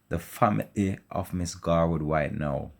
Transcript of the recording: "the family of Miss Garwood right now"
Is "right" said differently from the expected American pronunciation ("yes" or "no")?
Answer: yes